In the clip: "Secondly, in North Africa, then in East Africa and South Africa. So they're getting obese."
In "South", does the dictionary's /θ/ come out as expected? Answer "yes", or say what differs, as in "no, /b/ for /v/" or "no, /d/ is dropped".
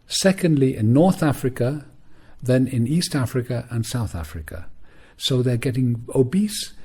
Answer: yes